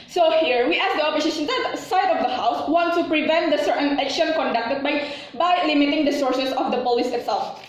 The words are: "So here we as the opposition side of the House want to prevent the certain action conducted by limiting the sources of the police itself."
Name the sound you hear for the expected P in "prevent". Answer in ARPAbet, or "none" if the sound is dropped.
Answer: P